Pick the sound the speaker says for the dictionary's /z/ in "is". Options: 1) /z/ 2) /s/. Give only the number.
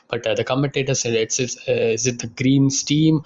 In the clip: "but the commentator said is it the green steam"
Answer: 2